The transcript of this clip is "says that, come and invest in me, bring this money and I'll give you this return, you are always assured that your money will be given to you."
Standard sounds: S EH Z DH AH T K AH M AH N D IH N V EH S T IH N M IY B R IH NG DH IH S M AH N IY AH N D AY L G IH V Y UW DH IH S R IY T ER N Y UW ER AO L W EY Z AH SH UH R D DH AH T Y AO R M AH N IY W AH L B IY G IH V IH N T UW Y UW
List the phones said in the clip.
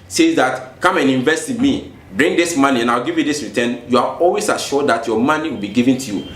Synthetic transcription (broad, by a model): S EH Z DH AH T K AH M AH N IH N V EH S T IH N M IY B R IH NG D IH S M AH N IY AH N AY W G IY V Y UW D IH S R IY T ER N Y UW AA AO L W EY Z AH SH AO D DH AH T Y AO M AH N IY W AH L B IY G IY V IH N T UW Y UW